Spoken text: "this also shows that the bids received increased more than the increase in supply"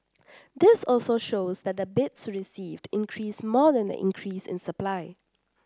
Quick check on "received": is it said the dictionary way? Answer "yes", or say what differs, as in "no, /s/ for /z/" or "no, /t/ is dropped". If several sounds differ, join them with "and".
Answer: yes